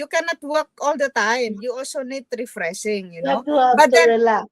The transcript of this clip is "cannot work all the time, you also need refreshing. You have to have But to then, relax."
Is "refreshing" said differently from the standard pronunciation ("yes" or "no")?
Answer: yes